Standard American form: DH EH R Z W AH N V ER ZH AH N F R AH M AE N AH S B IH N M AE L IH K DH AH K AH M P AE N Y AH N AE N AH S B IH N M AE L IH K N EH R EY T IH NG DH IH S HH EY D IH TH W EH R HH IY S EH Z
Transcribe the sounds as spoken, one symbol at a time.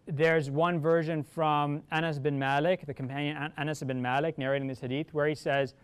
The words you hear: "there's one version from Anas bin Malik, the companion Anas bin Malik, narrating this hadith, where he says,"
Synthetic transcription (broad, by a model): DH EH R Z W AH N V ER ZH AH N F R AH M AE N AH S B IH N M AE L IH K DH AH K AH M P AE N Y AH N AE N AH S B IH N M AE L IH K N EH R EY T IH NG DH IH S HH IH D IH TH W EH R HH IY S EH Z